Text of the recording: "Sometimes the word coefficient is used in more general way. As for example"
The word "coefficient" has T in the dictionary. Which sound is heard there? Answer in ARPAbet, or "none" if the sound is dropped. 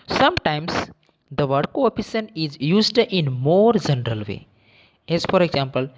none